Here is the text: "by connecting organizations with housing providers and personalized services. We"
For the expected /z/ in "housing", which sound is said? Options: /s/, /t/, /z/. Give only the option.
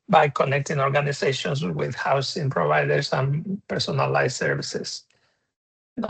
/s/